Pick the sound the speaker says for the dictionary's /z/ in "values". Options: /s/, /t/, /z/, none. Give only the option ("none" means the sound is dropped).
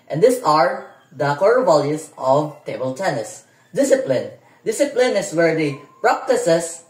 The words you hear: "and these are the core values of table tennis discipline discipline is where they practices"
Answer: /s/